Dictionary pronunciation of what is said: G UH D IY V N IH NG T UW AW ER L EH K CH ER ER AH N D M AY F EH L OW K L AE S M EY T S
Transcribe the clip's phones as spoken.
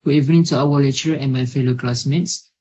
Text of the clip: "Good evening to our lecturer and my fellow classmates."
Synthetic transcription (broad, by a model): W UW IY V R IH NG T UW AW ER L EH CH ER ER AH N M AY F EH L OW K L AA S M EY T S